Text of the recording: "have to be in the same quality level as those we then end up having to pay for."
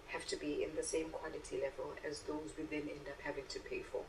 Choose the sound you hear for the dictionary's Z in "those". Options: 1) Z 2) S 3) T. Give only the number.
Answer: 1